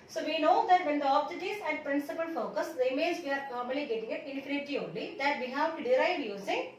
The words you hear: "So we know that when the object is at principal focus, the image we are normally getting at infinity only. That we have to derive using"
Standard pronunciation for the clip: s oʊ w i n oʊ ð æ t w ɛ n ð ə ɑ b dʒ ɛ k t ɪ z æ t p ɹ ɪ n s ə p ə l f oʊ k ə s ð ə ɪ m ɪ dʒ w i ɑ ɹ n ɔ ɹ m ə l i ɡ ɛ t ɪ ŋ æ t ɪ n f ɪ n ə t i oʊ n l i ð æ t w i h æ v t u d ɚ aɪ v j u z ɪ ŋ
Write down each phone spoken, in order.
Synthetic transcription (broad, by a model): s oʊ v i n oʊ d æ t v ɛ n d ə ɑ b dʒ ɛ t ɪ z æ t p ɹ ɪ n s ə p ə l f oʊ k ə s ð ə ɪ m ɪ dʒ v i ɑ ɹ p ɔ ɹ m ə l i ɡ ɛ t ɪ ŋ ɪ t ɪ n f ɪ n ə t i oʊ n l i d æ t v i h æ v t u d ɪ aɪ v j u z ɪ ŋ